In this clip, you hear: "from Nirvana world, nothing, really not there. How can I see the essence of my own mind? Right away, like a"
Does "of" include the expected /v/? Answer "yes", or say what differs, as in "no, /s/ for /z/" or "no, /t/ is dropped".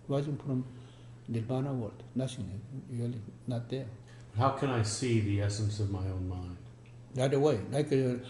yes